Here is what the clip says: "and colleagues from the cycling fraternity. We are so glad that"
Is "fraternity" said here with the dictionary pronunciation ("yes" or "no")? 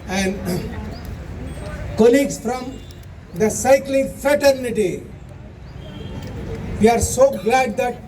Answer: yes